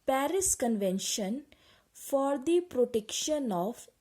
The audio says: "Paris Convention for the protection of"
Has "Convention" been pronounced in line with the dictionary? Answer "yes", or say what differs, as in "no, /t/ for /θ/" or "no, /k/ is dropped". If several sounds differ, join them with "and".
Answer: yes